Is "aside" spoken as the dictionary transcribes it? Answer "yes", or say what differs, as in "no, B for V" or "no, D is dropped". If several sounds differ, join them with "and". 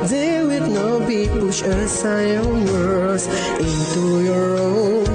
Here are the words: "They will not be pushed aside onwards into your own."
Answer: no, D is dropped